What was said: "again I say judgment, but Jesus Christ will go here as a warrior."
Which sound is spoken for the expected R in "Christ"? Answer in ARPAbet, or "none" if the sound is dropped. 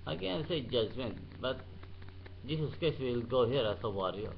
none